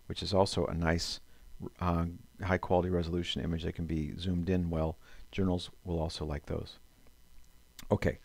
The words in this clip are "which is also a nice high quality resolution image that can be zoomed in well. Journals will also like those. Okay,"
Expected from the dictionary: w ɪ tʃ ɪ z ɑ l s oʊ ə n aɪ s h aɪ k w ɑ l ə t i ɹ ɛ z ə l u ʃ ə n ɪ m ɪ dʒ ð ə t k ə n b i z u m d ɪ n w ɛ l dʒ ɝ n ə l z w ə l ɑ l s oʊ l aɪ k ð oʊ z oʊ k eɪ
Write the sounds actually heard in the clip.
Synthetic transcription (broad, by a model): w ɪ tʃ ɪ z ɑ l s oʊ ə n aɪ s h aɪ k w ɑ l ə t i ɹ ɛ z ə l u ʃ ə n ɪ m ɪ dʒ ð ə t k n b i z u m d ɪ n w ɛ l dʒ ɝ n l z w ə l ɑ l s oʊ l aɪ k ð oʊ z oʊ k eɪ